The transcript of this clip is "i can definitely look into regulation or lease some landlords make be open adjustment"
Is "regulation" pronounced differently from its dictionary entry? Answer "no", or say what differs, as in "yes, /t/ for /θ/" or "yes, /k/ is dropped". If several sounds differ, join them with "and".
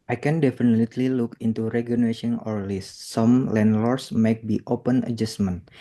yes, /n/ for /l/